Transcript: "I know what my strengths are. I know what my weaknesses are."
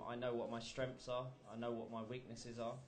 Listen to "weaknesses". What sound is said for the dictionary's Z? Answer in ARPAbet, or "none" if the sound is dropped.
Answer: Z